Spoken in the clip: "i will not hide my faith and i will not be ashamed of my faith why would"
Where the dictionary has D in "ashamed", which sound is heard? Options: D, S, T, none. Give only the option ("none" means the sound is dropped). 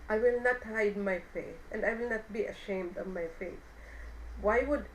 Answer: D